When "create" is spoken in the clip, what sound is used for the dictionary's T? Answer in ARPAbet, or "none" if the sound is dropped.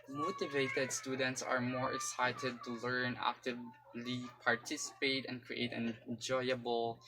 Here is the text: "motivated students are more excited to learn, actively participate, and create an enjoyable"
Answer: none